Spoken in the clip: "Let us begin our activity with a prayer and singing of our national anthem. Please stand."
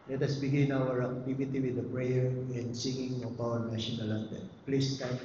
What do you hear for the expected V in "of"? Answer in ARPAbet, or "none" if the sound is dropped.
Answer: P